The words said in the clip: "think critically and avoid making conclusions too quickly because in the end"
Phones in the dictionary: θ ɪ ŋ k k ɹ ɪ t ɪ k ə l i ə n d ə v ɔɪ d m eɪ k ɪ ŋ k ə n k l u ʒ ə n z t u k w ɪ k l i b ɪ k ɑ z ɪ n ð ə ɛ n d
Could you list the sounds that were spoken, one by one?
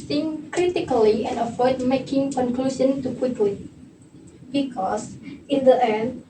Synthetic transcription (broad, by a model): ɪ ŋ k k ɹ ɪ t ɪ k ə l i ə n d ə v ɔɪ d m eɪ k ɪ ŋ k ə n k l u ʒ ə n t u k w ɪ k l i b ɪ k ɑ s ɪ n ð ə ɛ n